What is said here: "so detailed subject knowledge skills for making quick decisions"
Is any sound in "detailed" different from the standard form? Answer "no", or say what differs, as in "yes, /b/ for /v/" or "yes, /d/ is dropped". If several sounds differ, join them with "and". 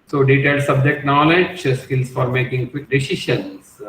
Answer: yes, /l/ is dropped